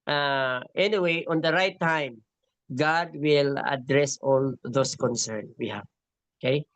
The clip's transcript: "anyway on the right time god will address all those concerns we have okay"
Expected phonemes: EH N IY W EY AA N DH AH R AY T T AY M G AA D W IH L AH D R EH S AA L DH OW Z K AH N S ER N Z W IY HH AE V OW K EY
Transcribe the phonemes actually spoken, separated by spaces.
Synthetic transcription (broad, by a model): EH N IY W EY AA N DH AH R AY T T AY M G AA D W IH L AH D R EH S AA L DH OW S K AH N S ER N W IY HH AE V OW K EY